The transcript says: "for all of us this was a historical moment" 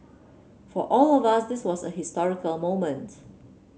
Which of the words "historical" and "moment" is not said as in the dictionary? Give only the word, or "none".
none